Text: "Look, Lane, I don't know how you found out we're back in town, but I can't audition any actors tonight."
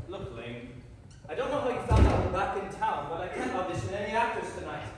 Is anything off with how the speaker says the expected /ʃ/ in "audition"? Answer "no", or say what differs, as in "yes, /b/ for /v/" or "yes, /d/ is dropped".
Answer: yes, /s/ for /ʃ/